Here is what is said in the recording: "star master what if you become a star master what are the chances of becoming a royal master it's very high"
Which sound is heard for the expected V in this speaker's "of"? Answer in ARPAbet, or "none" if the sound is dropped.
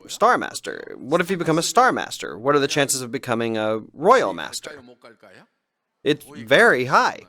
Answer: V